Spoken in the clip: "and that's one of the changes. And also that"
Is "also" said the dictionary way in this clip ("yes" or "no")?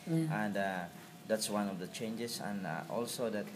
yes